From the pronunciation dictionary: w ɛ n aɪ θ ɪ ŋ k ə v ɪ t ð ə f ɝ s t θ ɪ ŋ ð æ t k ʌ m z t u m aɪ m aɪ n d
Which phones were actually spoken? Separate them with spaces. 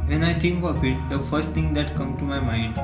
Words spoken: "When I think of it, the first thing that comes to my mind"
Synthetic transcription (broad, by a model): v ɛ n aɪ t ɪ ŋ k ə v ɪ t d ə f ɝ s t t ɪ ŋ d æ t k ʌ m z t u m aɪ m aɪ n d